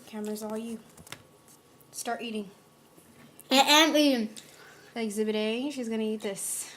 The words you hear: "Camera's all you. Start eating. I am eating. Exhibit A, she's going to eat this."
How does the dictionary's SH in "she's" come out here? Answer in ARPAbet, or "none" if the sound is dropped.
SH